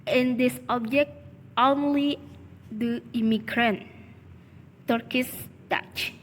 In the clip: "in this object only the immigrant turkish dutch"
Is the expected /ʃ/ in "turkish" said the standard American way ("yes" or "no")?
no